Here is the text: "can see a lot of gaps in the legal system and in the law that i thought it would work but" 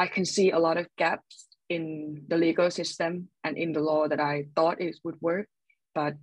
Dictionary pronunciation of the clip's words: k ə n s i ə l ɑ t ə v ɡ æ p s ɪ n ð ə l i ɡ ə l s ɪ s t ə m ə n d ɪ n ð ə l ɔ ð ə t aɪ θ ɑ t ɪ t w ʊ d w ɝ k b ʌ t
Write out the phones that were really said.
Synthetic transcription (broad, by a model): k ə n s i ə l ɑ t ə v ɡ æ p s ɪ n ð ə l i ɡ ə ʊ s ɪ s t ə m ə n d ɪ n ð ə l ɔ ð ə t aɪ θ ɑ t ɪ t w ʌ d w ɝ k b ʌ t